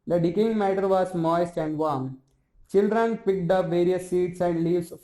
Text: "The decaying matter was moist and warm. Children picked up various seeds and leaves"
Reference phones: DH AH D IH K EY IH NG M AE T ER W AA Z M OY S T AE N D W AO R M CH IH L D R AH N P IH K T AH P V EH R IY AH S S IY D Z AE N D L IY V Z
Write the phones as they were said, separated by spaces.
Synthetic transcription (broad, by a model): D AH D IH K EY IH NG M AE T ER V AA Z M OY S T AE N D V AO R M CH IH L D R AH N P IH K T AH P V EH R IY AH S S IY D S AE N D L IY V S